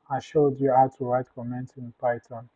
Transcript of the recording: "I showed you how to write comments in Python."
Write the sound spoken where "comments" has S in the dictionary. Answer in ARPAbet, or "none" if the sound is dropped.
none